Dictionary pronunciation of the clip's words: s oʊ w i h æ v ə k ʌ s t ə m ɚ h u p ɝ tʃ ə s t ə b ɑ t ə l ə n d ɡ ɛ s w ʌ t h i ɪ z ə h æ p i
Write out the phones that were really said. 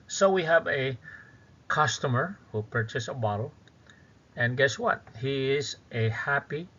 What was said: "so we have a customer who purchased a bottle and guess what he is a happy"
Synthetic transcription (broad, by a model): s oʊ w i h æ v ə k ʌ s t ə m ɚ h u p ɝ tʃ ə s ə b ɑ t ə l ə n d ɡ ɛ s w ʌ t h i ɪ z ə h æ p i